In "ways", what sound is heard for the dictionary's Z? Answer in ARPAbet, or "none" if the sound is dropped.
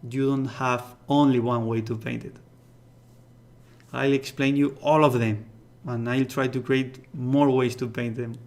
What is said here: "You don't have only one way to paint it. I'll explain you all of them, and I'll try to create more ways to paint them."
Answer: S